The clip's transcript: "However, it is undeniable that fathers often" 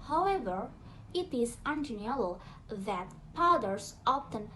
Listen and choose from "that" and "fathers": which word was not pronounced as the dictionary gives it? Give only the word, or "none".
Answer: fathers